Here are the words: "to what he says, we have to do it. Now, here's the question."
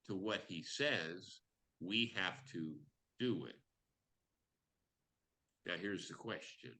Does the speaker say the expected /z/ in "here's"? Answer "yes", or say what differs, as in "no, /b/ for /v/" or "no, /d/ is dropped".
yes